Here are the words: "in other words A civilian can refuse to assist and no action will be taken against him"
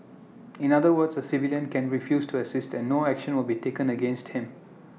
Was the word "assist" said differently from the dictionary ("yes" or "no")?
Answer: no